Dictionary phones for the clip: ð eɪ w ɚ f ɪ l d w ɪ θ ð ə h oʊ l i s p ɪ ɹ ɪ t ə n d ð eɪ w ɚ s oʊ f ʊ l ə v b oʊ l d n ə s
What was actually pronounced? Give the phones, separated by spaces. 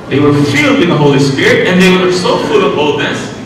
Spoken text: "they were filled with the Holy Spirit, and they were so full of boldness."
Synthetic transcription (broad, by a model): ð eɪ w ɚ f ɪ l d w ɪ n ð ə h oʊ l i s p ɪ ɹ ɪ t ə n ð eɪ w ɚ s oʊ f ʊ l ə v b oʊ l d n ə s